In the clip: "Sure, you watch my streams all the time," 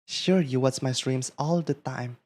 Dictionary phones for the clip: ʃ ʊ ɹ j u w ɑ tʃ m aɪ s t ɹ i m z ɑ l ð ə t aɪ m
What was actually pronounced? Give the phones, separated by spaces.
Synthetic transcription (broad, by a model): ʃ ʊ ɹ j u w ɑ s m aɪ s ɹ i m s ɑ l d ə t aɪ m